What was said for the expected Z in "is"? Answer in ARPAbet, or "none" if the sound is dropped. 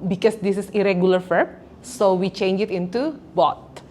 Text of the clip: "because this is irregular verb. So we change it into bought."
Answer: S